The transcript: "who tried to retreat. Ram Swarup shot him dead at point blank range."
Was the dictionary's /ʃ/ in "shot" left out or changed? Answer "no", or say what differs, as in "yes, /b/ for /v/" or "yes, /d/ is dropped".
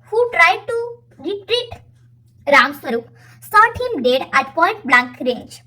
yes, /s/ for /ʃ/